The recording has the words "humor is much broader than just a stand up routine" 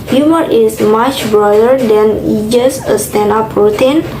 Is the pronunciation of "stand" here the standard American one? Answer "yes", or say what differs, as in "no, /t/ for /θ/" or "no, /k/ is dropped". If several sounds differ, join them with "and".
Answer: no, /d/ is dropped